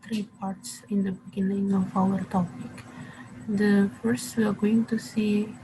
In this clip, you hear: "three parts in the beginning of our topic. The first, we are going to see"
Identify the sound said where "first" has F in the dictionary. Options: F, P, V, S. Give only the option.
F